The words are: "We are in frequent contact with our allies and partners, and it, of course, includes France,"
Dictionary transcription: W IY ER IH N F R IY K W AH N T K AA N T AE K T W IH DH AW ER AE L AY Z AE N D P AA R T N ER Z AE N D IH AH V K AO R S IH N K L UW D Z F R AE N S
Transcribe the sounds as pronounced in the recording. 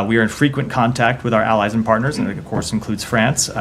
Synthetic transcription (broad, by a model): W IY ER IH N F R IY K W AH N K AA N T AE K T W IH DH AW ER AE L AY Z N P AA R T N ER Z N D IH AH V K AO R S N K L UW D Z F R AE N S